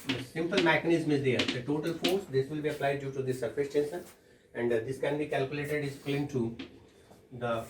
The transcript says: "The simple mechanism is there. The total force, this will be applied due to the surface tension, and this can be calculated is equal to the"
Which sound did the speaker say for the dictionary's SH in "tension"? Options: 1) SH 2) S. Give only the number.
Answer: 2